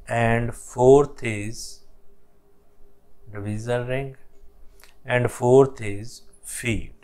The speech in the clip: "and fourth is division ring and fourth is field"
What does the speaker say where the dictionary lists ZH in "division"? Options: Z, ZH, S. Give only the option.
Z